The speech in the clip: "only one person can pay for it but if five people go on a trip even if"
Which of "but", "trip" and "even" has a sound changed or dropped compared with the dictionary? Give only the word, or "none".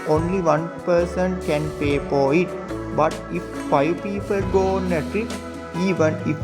trip